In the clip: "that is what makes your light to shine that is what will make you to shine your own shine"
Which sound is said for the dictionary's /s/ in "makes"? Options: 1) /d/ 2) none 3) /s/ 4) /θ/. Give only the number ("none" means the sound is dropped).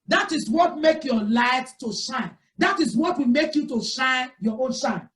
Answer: 2